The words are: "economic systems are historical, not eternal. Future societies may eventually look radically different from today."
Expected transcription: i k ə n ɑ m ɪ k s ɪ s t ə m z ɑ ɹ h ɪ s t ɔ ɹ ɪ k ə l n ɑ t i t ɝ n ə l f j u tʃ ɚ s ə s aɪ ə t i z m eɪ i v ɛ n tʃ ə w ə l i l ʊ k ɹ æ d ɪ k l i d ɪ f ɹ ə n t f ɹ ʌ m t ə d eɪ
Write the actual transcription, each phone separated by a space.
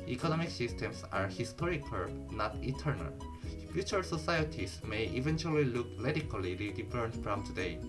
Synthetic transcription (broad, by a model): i k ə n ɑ m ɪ k s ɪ s t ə m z ɑ ɹ h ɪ s t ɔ ɹ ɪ k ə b n ɑ t i t ɝ n ə l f j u tʃ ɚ s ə s aɪ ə t i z m eɪ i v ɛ n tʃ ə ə l i l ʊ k l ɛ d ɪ k l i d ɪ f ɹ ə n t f ɹ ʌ m t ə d eɪ